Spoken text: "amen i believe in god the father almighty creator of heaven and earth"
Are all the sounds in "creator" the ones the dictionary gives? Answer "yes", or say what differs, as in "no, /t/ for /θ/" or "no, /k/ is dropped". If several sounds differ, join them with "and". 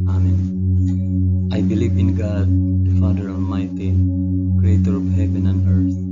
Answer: yes